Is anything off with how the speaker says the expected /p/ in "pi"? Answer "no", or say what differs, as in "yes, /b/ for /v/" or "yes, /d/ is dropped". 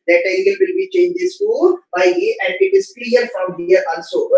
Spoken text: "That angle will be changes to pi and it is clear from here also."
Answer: yes, /b/ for /p/